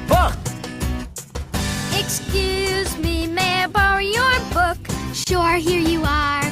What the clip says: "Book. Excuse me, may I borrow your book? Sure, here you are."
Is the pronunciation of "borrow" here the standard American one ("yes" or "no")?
no